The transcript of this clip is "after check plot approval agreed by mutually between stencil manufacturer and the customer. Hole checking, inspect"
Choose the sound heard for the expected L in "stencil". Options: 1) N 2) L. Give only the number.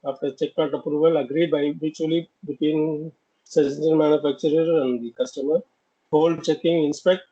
1